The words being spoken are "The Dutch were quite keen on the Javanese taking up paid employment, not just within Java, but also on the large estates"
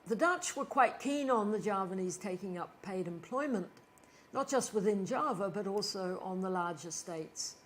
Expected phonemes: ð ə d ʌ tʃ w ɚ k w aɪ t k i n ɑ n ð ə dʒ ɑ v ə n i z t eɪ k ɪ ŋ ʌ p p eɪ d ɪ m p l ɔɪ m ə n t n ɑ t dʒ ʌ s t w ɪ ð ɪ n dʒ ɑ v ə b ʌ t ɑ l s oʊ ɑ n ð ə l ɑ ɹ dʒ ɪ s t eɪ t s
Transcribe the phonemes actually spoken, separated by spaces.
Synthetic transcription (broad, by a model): ð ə d ʌ tʃ w ɚ k w aɪ t k i n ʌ n ð ə dʒ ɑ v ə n i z t eɪ k ɪ ŋ ʌ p p eɪ d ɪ m p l ɔɪ m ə n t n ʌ t dʒ ʌ s t w ɪ ð ɪ n dʒ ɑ v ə b ʌ t ɑ l s oʊ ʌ n ð ə l ɑ ɹ dʒ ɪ s t eɪ t s